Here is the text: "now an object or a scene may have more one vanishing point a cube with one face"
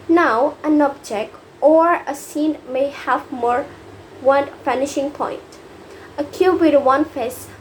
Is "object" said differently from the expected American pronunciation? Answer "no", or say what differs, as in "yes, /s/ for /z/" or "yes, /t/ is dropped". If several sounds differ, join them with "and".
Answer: no